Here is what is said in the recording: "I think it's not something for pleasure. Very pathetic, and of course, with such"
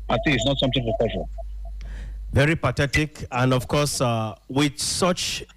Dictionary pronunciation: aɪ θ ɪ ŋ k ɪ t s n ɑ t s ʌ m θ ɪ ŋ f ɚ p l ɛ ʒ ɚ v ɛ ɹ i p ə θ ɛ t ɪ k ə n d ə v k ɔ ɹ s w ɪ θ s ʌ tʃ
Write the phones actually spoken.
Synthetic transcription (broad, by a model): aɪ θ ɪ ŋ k ɪ t s n ɑ t s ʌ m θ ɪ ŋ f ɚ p ɛ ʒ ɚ v ɛ ɹ i p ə t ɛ t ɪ k ə n d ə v k ɔ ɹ s w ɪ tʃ s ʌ tʃ